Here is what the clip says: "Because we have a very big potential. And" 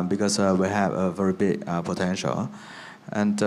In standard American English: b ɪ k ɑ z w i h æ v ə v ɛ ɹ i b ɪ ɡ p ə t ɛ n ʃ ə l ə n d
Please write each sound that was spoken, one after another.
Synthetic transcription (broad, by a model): b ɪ k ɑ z w i h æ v ə v ɛ ɹ i b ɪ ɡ p ə t ɛ n ʃ ə l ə n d